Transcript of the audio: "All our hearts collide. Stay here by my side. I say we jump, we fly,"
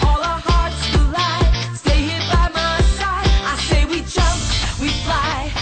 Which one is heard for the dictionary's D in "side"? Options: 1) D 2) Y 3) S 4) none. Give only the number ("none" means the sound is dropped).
4